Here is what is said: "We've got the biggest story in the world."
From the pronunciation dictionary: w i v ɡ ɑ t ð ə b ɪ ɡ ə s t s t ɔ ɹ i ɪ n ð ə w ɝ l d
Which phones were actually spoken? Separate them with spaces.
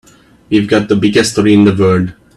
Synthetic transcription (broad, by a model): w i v ɡ ɑ t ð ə b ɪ ɡ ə s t s t ɔ ɹ i ɪ n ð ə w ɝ d